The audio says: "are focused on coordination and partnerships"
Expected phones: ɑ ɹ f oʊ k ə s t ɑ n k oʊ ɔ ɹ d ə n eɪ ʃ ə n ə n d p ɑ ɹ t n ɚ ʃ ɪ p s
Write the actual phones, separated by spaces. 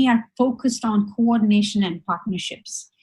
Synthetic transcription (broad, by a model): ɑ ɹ f oʊ k ə s t ɑ n k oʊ ɔ ɹ d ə n eɪ ʃ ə n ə n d p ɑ ɹ t n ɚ ʃ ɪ p s